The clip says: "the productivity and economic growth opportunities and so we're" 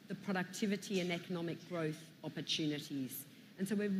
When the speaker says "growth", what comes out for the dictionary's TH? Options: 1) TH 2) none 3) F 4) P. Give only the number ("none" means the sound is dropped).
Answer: 1